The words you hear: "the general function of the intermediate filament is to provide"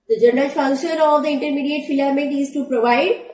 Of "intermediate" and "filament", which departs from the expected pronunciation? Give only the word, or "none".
filament